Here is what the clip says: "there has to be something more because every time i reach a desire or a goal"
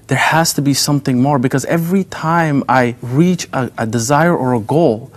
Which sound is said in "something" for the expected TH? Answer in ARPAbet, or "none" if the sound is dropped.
TH